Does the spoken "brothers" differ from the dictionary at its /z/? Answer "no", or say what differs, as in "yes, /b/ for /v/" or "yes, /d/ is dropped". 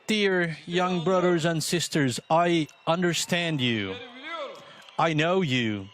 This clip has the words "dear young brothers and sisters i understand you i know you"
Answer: no